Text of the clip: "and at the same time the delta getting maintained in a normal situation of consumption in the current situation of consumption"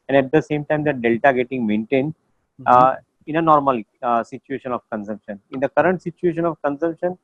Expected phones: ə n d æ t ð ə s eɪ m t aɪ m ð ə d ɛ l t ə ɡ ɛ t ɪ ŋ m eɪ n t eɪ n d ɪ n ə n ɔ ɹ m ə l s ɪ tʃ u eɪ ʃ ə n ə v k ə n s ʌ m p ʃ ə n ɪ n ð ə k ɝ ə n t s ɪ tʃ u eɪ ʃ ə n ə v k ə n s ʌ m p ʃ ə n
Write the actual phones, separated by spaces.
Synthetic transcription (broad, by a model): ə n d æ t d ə s eɪ m t aɪ m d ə d ɛ l t ə ɡ ɛ t ɪ ŋ m eɪ n t eɪ n d ɪ n ə n ɔ ɹ m ə l s ɪ tʃ u eɪ ʃ ə n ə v k ə n s ʌ m p ʃ ə n ɪ n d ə k ɝ ə n t s ɪ tʃ u eɪ ʃ ə n ə v k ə n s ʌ m p ʃ ə n